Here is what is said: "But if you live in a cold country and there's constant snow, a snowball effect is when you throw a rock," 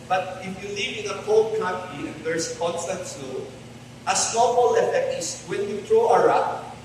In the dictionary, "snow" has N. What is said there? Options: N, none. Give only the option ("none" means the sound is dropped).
none